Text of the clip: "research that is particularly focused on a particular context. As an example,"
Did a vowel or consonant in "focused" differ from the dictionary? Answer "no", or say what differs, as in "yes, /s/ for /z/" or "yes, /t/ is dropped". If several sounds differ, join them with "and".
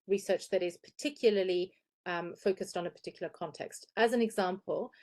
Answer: no